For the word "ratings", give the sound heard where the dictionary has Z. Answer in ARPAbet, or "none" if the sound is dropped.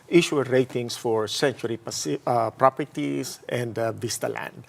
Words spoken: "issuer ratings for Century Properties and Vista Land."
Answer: S